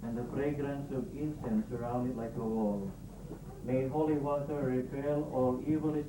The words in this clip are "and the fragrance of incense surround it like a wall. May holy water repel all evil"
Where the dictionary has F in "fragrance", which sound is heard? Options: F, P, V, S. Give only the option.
P